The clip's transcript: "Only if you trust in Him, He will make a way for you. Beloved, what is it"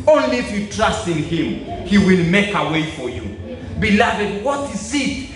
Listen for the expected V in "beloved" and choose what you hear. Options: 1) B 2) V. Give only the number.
2